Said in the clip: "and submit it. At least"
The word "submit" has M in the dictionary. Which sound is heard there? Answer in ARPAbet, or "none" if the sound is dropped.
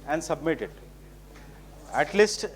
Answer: M